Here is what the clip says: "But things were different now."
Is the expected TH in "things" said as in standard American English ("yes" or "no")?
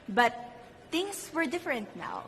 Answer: no